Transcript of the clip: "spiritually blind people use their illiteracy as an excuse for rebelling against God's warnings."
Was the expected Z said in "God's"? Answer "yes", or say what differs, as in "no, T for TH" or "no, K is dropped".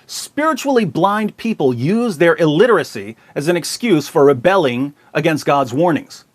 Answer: yes